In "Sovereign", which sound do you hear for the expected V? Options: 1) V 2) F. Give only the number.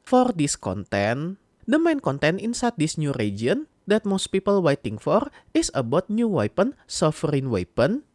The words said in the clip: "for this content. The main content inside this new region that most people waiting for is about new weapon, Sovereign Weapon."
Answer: 2